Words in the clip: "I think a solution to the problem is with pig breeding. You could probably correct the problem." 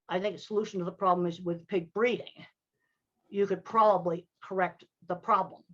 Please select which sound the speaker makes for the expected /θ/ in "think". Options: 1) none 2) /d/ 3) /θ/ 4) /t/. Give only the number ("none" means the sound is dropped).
3